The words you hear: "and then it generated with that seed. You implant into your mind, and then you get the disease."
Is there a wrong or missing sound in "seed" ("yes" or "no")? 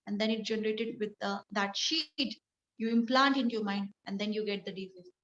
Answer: yes